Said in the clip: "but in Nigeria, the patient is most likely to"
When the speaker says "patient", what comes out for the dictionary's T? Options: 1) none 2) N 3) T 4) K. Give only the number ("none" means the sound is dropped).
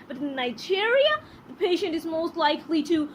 3